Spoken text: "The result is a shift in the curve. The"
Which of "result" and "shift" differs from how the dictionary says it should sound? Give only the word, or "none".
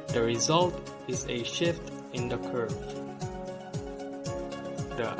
none